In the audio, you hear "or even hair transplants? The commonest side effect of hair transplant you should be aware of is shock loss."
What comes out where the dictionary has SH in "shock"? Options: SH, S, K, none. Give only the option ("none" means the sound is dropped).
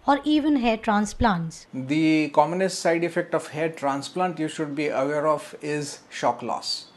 SH